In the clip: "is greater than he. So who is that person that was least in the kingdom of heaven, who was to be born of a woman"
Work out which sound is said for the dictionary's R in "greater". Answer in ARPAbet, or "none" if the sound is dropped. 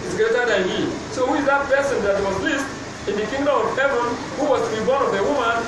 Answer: none